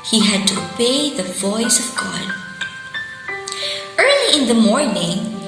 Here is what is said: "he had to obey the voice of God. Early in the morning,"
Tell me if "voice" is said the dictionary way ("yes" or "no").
yes